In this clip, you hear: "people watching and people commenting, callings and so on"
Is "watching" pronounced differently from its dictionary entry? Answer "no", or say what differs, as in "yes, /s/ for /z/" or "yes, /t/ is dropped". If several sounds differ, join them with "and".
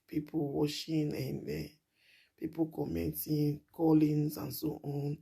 yes, /ʃ/ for /tʃ/